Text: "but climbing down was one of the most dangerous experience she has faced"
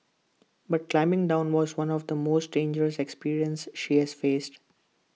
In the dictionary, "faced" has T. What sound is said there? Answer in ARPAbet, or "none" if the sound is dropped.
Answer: T